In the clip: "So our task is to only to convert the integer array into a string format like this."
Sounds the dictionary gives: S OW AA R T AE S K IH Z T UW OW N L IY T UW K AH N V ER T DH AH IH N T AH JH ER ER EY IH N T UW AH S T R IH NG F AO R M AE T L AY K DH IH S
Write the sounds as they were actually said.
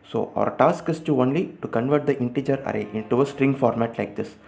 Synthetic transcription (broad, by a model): S OW AA R T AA S K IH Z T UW OW N L IY T UW K AH N V ER T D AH IH N T AH JH ER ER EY IH N T UW AH S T R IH NG F AO R M AE T L AY K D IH S